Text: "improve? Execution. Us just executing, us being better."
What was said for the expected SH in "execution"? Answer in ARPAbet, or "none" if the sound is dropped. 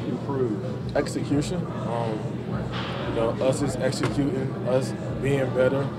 SH